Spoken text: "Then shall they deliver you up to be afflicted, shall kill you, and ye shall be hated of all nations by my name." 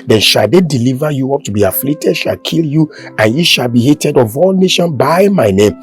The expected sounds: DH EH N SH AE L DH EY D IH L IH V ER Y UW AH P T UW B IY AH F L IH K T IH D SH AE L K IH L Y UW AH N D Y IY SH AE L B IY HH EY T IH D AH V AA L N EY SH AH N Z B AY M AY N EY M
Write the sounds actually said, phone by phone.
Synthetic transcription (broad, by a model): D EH N SH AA L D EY D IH L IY V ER Y UW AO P T UW B IY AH F L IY K T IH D SH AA L K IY L Y UW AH N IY SH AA L B IY HH EY T IH D AH V AA L N EY SH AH N B AY M AY N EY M